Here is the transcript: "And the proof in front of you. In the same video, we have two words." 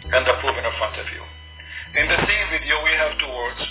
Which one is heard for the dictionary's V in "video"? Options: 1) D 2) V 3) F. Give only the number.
2